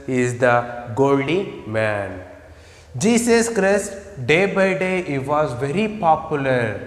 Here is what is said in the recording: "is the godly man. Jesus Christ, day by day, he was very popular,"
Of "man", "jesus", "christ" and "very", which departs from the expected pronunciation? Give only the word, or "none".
jesus